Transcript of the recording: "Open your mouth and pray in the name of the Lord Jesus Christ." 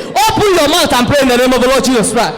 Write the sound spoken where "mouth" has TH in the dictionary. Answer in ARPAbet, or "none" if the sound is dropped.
T